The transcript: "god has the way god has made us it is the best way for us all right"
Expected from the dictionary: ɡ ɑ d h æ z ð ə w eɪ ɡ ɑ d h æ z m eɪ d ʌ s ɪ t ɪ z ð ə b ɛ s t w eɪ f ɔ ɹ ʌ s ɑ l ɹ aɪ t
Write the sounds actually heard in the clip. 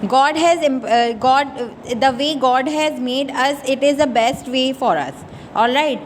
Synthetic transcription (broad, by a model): ɡ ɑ d h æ z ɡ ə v eɪ ɡ ɑ d h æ z m eɪ d ʌ s ɪ t ɪ z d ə b ɛ s t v eɪ f ɔ ɹ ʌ s ɑ l ɹ aɪ t